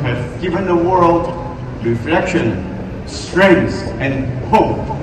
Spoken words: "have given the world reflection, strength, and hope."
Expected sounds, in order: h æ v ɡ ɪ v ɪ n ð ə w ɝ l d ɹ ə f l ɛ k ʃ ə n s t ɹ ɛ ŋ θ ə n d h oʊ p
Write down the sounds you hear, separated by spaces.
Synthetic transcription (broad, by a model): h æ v ɡ ɪ v ɪ n ð ə w ɝ l d ɹ ə f l ɛ k ʃ ə n s t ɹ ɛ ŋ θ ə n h oʊ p